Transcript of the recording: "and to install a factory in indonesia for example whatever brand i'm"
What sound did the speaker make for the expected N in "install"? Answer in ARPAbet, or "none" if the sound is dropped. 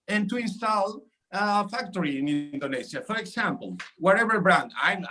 N